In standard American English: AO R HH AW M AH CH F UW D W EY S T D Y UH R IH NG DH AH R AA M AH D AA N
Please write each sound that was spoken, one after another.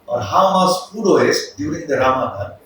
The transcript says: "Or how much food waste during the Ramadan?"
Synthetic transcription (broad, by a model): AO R HH AW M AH S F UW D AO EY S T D Y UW R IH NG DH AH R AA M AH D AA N